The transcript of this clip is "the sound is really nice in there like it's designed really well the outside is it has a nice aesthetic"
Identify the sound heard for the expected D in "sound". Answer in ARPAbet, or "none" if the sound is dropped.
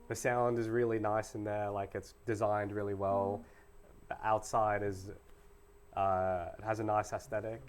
D